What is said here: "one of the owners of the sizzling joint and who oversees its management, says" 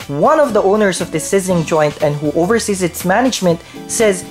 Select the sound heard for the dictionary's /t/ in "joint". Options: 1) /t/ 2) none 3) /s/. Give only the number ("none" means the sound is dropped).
1